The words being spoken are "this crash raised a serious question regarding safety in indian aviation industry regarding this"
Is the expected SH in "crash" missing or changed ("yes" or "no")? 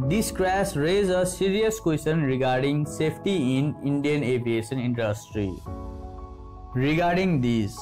yes